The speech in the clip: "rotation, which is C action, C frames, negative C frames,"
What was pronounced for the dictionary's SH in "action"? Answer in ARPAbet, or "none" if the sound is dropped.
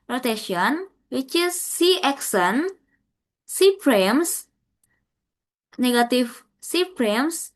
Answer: S